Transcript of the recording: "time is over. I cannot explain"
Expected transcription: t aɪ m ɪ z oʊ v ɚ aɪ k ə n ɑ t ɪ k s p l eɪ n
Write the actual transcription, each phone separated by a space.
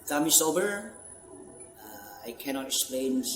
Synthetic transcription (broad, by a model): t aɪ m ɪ s oʊ b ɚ aɪ k ə n ɑ t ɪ k s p l eɪ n